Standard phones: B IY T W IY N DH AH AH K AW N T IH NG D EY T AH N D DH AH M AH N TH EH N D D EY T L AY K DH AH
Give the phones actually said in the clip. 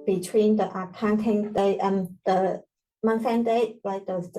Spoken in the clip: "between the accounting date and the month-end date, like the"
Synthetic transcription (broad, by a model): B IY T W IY N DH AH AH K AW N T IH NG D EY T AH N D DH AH M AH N S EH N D D EY T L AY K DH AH